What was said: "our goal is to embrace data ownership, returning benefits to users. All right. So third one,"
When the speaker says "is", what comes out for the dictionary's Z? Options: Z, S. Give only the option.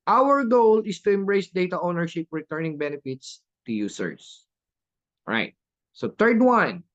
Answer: S